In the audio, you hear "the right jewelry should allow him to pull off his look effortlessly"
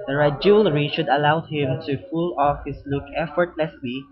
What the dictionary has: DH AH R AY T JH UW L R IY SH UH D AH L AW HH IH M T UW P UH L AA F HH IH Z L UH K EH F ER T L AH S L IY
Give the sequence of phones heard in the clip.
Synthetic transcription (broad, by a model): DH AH R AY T JH UW L R IY SH UH D AH L AW HH IH M T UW F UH L AA F HH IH S L UH K EH F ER T L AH S L IY